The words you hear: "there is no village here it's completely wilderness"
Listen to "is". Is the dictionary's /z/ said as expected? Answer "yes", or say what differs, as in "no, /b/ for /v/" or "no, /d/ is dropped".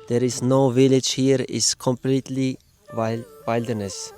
no, /s/ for /z/